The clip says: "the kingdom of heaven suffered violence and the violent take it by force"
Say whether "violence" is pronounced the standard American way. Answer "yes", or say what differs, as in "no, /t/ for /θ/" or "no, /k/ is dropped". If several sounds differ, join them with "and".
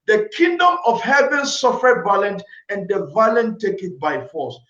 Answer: no, /b/ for /v/